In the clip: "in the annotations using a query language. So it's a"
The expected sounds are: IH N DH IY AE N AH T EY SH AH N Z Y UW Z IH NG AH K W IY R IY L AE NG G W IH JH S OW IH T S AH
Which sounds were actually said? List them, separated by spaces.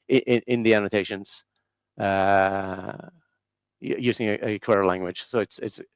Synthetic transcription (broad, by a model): IH N DH IY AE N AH T EY SH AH N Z Y UW Z IH NG AH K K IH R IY L AE NG G W IH JH S OW IH T S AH